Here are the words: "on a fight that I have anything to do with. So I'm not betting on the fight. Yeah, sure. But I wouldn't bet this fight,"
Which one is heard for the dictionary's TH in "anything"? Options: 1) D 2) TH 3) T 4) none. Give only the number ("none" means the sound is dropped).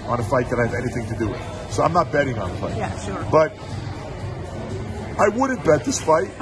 2